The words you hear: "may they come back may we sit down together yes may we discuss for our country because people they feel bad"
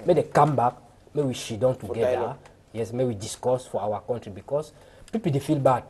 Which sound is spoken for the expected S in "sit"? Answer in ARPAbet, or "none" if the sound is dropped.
SH